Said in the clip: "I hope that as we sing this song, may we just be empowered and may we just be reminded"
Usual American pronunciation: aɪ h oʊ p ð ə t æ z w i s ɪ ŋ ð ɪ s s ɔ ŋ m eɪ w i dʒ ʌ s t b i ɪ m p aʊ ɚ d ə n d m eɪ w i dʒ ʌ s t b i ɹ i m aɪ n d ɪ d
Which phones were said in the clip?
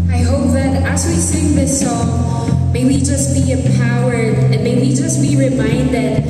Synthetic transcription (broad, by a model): aɪ h oʊ p ð ə t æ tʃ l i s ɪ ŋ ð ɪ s s ɔ ŋ m eɪ w i dʒ ʌ s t b i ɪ p aʊ ɚ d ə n m eɪ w i dʒ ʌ s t b i ɹ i m aɪ n d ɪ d